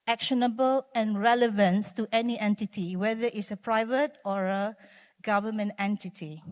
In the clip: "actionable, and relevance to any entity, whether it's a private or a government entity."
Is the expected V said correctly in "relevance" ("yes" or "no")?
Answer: yes